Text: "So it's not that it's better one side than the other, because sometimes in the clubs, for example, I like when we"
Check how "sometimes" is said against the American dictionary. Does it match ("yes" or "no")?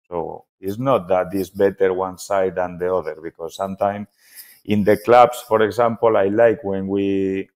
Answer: no